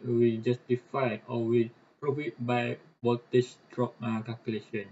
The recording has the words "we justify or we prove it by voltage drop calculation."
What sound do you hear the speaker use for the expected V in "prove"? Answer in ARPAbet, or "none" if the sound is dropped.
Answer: F